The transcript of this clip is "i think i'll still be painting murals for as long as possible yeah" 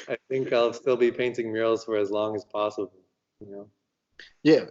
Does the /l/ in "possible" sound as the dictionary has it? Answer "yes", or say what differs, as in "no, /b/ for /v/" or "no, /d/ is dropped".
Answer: no, /n/ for /l/